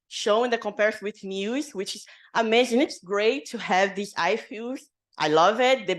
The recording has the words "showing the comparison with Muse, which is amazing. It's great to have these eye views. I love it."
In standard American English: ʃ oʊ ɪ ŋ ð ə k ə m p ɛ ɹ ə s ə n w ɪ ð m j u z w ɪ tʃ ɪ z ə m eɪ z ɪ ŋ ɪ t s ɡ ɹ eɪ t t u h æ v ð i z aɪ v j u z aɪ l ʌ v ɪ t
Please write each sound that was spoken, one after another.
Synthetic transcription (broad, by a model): ʃ oʊ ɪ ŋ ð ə k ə m p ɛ ɹ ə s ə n w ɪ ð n j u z w ɪ tʃ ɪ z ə m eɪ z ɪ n ɪ t s ɡ ɹ eɪ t t u h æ v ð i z aɪ f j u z aɪ l ʌ v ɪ t